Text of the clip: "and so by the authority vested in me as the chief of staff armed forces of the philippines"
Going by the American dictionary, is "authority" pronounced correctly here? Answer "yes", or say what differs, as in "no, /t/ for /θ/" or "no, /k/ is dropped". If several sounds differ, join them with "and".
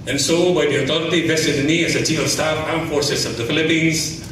no, /t/ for /θ/